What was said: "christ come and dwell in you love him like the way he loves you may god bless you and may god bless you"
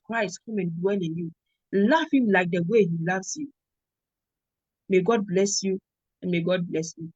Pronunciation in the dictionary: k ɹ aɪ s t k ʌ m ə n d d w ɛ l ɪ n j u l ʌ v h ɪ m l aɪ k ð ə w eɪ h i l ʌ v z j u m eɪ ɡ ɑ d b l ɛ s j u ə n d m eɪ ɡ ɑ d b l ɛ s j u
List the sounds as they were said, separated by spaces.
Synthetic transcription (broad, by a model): k ɹ aɪ s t k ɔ m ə n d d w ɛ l ɪ n j u l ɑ f h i m l aɪ k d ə w eɪ h i l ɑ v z j u m eɪ ɡ ɑ d b l ɛ s j u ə n m eɪ ɡ ɑ d b l ɛ s j u